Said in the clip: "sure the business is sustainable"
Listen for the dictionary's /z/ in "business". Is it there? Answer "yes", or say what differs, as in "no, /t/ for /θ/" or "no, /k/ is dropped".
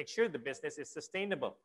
yes